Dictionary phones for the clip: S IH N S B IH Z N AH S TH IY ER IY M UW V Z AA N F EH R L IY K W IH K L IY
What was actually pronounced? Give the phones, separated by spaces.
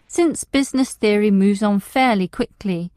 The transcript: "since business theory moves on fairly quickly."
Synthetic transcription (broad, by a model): S IH N S B IH Z N AH S TH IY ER IY M UW V Z N F EH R L IY K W IH K L IY